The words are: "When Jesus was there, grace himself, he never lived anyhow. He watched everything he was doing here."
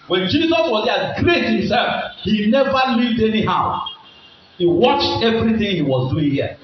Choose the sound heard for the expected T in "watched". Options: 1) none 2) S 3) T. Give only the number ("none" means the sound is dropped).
3